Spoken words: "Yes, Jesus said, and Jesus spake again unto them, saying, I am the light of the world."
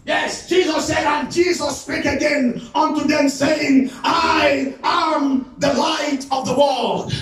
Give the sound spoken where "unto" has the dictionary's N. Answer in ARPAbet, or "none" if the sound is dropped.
N